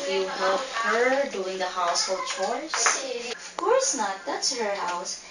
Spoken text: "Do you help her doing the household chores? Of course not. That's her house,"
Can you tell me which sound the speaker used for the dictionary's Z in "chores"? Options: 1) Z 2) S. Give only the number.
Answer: 2